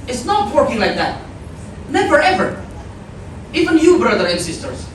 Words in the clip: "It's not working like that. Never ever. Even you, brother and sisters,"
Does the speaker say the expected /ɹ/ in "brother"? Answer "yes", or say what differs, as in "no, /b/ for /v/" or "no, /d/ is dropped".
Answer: yes